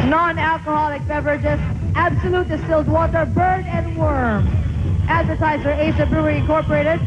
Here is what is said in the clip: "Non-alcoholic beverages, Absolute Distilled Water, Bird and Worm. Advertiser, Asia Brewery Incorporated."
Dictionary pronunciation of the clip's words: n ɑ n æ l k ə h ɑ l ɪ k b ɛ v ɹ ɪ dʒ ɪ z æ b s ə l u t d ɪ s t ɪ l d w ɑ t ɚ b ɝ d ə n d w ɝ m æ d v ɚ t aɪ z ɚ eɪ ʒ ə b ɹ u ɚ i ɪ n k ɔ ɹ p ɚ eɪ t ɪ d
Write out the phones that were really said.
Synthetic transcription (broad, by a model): n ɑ n æ l k ə h ɑ l ɪ k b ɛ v ɹ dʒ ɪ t æ b s ə l u t d ɪ s t ɪ l d w ɑ t ɚ b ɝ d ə n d w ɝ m æ d v ɚ t aɪ z ɚ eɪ z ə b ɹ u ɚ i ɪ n k ɔ ɹ p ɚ eɪ t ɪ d